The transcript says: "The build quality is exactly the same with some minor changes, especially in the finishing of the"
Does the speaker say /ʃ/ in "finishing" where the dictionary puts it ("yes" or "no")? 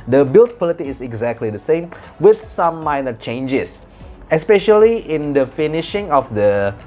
yes